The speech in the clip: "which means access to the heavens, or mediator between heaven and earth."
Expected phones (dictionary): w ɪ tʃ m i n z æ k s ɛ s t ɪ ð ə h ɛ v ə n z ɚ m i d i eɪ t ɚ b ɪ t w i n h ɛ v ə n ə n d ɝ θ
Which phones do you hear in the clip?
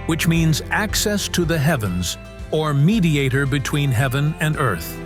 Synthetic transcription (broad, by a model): w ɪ tʃ m i n z æ k s ɛ s t ɪ ð ə h ɛ v ə n z ɚ m i d i eɪ t ɚ b ɪ t w i n h ɛ v ə n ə n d ɝ θ